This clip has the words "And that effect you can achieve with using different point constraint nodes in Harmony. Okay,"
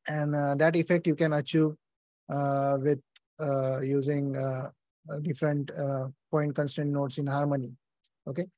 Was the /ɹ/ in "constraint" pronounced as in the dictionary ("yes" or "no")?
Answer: no